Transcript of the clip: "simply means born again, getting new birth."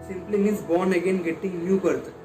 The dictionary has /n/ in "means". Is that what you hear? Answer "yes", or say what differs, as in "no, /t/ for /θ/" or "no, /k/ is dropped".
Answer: no, /n/ is dropped